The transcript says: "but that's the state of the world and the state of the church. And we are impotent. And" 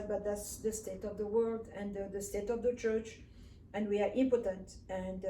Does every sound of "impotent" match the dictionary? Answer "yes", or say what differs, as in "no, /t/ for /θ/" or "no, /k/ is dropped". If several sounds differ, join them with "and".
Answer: yes